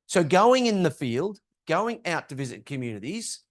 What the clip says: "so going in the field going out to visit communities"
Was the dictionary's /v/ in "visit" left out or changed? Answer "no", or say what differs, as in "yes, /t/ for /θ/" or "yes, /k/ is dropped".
no